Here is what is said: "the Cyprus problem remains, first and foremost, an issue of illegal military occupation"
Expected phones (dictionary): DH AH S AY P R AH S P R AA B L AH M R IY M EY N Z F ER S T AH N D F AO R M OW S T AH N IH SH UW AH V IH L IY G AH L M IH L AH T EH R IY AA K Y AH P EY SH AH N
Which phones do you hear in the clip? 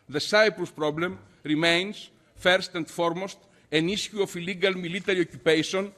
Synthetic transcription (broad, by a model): DH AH S AY P R AH S P R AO B L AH M R IY M EY N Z F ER S T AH N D F AO R M OW S T AH N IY S UW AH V IH L IY G AH L M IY L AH T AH R IY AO K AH P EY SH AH N